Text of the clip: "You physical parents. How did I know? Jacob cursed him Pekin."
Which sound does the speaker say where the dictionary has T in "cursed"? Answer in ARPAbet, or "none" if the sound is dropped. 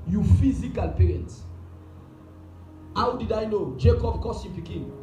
none